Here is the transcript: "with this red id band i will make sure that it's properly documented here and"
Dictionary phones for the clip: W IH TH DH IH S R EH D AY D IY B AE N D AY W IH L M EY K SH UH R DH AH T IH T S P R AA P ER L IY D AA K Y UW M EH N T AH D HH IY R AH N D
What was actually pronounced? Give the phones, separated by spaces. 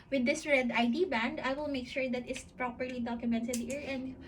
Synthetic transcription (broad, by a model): W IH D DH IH S R EH D AY D IY B AE N D AY W IH L M EY K SH UH R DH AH T IH T S P R AA P ER L IY D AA K Y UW M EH N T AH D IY R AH N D